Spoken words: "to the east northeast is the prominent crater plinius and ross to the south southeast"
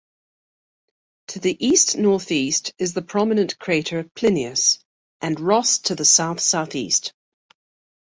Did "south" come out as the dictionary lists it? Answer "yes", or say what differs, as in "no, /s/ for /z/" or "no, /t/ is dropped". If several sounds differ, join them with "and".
yes